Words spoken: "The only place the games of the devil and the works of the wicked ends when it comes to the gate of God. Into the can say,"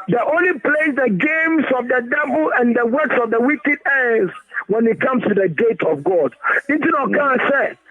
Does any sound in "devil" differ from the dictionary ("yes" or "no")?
yes